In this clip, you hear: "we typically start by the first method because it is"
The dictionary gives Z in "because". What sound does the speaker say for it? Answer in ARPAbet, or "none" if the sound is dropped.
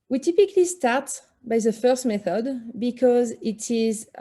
Z